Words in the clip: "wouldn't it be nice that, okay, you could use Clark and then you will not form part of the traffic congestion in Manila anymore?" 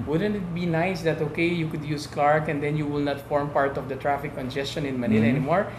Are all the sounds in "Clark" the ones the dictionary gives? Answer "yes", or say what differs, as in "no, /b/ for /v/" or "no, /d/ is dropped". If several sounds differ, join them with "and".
yes